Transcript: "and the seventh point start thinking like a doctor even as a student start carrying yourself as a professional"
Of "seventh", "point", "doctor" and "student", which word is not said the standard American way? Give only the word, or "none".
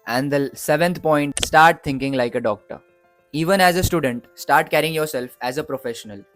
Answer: seventh